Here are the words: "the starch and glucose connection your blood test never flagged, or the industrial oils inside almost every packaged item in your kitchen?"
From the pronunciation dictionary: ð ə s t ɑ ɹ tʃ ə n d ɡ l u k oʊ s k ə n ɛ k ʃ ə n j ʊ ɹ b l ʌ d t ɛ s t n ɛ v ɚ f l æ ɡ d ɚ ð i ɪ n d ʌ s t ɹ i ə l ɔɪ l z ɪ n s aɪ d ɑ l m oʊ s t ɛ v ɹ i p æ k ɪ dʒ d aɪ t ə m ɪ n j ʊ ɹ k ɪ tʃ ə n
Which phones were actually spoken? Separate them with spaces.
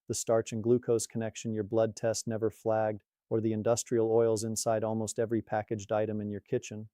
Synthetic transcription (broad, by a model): ð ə s t ɑ ɹ tʃ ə n ɡ l u k oʊ s k ə n ɛ k ʃ ə n j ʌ ɹ b l ʌ d t ɛ s t n ɛ v ɚ f l æ ɡ d ɚ ð i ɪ n d ʌ s t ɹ i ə l ɔɪ l z ɪ n s aɪ d ɑ l m oʊ s t ɛ v ɹ i p æ k ɪ dʒ d aɪ t ə m ɪ n j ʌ ɹ k ɪ tʃ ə n